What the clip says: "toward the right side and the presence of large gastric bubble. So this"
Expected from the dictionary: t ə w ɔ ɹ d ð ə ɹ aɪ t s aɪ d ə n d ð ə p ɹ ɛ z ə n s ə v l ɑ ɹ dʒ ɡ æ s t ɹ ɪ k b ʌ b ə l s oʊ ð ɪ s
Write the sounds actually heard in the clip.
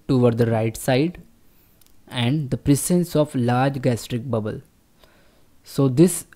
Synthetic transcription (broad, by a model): t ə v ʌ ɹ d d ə ɹ aɪ t s aɪ d ə n d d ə p ɹ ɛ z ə n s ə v l ɑ ɹ dʒ ɡ æ s t ɹ ɪ k b ʌ b ə l s oʊ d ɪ s